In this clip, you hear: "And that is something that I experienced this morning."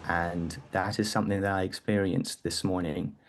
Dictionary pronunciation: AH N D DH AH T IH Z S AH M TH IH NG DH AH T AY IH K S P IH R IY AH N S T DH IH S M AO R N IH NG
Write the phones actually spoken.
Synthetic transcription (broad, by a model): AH N DH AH T IH Z S AH M TH IH NG DH AH T AY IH K S P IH R IY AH N S DH IH S M AO R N IH NG